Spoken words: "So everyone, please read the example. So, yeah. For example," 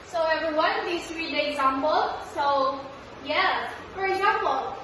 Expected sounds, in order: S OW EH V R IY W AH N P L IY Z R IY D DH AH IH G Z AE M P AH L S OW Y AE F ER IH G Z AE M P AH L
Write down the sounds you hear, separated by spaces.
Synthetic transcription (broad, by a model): S OW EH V IY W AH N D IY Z R IY D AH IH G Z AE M P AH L S OW Y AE F ER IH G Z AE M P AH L